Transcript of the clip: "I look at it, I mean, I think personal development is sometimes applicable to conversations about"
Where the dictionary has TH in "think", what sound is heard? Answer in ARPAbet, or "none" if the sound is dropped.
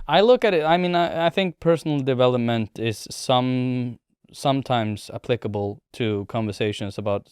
TH